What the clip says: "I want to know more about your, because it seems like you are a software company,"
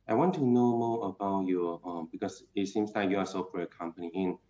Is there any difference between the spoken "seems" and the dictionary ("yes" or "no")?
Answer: yes